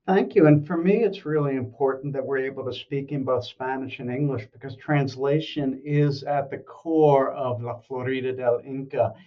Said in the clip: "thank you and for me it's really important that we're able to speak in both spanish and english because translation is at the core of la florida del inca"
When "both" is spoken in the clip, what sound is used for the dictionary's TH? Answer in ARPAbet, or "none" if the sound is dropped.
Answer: TH